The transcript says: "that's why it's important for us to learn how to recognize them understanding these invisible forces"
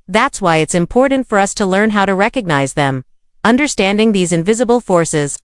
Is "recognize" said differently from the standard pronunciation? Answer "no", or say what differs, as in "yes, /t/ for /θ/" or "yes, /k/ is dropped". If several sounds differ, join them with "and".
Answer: no